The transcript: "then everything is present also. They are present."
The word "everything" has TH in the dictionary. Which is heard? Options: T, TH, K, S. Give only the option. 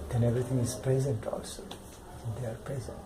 T